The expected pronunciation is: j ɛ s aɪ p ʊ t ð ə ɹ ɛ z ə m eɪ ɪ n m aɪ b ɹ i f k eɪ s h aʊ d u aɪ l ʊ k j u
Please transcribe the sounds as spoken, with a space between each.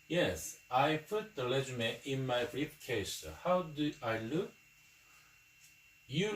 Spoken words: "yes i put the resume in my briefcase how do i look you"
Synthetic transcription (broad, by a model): j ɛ s aɪ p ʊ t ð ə l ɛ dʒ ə m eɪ ɪ n m aɪ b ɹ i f k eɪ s h aʊ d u aɪ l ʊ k j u